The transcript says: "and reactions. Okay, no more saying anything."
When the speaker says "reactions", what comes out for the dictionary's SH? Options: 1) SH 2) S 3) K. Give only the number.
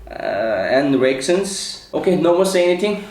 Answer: 2